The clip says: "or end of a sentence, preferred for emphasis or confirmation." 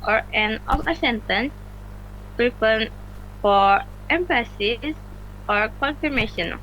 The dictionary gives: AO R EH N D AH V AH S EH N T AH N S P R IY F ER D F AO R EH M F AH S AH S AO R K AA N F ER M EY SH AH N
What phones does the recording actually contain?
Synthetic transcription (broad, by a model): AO R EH N AH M AH S EH N T AH N S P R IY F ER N F AO R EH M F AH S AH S AO R K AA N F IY M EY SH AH N